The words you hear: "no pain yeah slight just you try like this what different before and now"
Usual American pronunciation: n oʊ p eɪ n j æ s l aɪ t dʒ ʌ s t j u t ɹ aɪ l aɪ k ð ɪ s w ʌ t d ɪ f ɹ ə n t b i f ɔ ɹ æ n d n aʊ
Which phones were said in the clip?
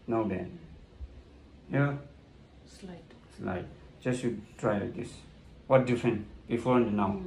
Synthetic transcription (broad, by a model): n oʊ b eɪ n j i s l aɪ t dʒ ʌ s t j u t ɹ aɪ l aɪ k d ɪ s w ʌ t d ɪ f ɹ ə n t b i f ɔ ɹ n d n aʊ